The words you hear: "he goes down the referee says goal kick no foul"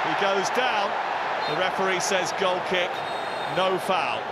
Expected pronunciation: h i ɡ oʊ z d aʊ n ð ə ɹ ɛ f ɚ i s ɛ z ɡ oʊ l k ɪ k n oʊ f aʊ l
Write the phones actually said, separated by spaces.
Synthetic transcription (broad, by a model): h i ɡ oʊ z d aʊ n ð ə ɹ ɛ p ɚ i s ɛ z ɡ oʊ l k ɪ k n oʊ f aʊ l